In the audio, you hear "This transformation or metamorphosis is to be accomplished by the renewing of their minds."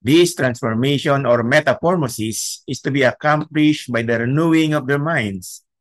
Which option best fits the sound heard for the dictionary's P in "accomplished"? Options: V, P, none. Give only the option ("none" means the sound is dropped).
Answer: P